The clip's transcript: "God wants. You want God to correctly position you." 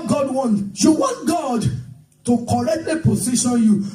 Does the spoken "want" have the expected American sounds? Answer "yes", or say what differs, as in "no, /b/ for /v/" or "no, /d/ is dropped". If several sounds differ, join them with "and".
yes